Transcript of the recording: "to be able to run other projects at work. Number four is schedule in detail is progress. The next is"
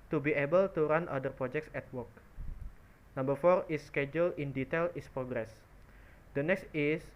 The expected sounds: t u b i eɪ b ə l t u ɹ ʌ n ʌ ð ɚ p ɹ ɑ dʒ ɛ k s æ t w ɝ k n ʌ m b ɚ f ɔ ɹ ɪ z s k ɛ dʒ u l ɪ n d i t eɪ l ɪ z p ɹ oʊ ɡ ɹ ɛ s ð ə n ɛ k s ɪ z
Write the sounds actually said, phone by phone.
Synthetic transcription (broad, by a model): t u b i eɪ b ə l t u ɹ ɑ n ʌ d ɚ p ɹ ɑ dʒ ɛ k s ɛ t w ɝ k n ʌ m b ɚ f ɔ ɹ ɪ s k ɛ dʒ u l ɪ n d i t eɪ l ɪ s p ɹ oʊ ɡ ɹ ɛ s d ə n ɛ k s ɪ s